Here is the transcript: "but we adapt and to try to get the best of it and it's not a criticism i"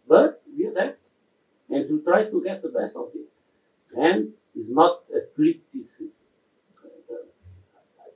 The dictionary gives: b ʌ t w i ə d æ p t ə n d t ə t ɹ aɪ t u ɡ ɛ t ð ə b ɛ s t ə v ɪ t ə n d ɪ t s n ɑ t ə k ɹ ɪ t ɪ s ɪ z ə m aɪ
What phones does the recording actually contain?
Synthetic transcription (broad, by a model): b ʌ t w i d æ t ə n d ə t ɹ aɪ t u ɡ ɛ t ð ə b ɛ s t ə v ɪ t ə n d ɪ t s n ɑ t ə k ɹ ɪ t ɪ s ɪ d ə aɪ